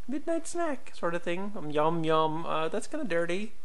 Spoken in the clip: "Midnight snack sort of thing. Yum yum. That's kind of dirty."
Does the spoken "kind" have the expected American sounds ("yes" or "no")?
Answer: no